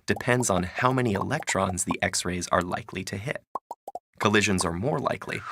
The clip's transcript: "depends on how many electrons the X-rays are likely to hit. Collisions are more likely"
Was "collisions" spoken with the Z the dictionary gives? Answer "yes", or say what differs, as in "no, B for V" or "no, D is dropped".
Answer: yes